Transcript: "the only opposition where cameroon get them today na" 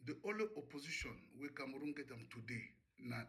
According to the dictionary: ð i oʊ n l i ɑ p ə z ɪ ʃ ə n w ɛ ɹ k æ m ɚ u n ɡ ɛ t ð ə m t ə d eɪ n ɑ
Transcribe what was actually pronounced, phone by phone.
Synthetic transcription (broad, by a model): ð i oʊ l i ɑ p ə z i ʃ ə n w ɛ k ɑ m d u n ɡ ɛ t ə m t ə d eɪ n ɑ